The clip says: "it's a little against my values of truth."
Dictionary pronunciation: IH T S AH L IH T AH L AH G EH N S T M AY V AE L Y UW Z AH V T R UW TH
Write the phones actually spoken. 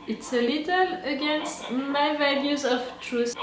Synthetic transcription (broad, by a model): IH T S AH L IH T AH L AH G EH N S T M AY V AE L Y UW Z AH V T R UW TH